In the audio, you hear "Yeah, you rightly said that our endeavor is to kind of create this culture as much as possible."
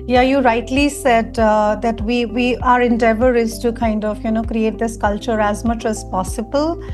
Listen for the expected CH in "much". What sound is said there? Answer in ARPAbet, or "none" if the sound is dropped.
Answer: CH